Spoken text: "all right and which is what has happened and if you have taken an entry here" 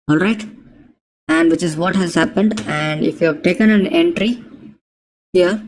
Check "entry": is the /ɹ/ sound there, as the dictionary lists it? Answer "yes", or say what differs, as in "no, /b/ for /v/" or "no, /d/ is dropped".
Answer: yes